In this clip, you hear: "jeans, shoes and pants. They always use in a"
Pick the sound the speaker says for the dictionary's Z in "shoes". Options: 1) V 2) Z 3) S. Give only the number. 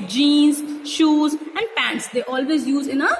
2